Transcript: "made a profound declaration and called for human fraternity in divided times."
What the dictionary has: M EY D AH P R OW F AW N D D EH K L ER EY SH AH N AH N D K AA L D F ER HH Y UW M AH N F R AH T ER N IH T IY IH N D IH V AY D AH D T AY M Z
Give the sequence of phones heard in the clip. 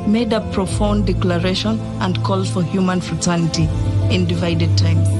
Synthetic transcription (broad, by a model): M EY D AH P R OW F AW N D D EH K L ER EY SH AH N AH N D K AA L F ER HH Y UW M AH N F R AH T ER N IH T IY IH N D IH V AY D AH D T AY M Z